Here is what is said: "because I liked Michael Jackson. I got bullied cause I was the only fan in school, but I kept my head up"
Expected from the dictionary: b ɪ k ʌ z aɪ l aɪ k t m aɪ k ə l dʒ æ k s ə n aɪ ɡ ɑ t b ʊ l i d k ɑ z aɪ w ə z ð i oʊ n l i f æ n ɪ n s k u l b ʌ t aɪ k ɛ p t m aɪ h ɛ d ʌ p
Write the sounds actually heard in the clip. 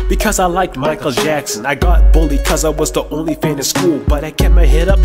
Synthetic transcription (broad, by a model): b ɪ k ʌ z aɪ l aɪ k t m aɪ k l dʒ æ k s ə n aɪ ɡ ɑ t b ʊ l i k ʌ z aɪ w ə z ð i oʊ n l i f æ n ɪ s k u l b ʌ t aɪ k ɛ t m aɪ h ɛ d ʌ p